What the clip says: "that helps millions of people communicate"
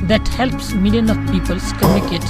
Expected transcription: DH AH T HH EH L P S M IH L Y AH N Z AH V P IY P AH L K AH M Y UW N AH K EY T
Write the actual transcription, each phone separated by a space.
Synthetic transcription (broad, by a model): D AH T HH EH L P S M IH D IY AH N AH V P IY P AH L K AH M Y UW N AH K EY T